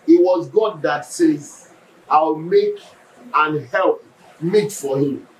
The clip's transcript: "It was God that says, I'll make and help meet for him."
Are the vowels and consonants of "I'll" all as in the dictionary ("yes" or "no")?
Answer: no